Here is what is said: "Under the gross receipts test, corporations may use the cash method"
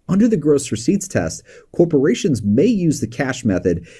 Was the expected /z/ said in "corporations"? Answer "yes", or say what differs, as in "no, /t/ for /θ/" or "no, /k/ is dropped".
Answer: yes